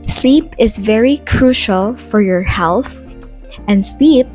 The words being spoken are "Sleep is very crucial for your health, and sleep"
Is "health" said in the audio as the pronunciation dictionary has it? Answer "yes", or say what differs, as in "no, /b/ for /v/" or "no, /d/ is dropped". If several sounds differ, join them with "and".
yes